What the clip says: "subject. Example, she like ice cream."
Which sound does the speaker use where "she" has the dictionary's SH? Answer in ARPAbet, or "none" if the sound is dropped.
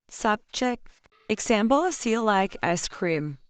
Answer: S